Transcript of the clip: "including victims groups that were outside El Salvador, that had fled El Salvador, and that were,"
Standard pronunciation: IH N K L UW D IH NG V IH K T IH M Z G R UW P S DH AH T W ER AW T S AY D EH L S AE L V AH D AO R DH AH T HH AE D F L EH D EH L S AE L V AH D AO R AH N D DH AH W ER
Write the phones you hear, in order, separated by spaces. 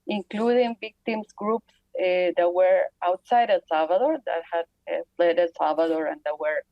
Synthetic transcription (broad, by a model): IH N K L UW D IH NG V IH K T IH M S G R UW P S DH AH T W ER AW T S AY D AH S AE L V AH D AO R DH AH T HH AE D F L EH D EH S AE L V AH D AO R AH N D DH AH W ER